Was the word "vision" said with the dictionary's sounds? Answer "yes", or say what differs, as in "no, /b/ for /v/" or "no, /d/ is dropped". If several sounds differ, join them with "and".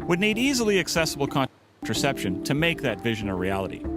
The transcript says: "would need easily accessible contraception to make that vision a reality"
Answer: yes